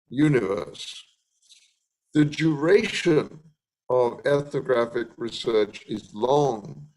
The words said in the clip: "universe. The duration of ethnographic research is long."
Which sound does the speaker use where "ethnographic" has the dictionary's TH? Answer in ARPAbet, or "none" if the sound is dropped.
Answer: TH